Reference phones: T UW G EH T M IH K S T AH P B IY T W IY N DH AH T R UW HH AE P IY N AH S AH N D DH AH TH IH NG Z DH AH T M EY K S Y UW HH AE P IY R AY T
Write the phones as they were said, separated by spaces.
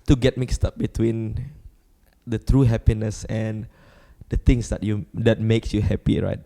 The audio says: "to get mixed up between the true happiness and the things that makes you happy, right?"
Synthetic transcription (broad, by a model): T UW G EH T M IH K S T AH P B IY T W IY N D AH T R UW HH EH P IY N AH S AH N D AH T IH NG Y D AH T M EY K S Y UW HH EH P IY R AY T